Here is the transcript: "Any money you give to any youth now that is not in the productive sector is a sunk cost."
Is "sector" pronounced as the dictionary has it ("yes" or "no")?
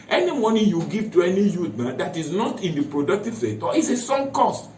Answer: no